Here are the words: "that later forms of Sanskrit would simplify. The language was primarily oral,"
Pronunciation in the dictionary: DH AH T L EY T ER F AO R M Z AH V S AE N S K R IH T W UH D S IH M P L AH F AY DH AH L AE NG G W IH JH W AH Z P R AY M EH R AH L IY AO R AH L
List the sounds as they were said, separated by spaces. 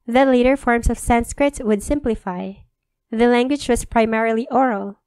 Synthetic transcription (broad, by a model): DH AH T L EY T ER F AO R M S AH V S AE N S K R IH T W UH D S IH M P L AH F AY DH AH L AE NG G W IH JH W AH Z P R AY M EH R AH L IY AO R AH L